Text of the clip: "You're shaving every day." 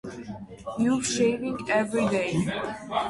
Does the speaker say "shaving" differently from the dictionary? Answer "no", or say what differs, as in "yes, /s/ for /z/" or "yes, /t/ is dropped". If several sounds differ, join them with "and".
no